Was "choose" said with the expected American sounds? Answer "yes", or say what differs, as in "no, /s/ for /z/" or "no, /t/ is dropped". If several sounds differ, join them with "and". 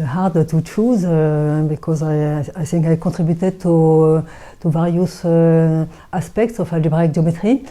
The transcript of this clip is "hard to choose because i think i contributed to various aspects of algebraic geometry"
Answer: yes